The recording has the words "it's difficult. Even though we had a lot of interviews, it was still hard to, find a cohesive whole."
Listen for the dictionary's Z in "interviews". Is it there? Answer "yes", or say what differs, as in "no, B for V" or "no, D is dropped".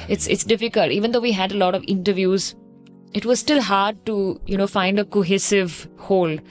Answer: yes